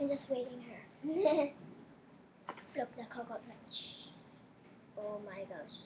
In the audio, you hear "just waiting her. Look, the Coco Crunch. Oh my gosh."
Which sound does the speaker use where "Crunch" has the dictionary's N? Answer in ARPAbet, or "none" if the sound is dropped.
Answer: none